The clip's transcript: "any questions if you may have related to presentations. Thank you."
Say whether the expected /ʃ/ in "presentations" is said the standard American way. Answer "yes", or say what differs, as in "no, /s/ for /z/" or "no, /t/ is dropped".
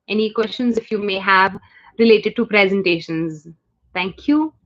yes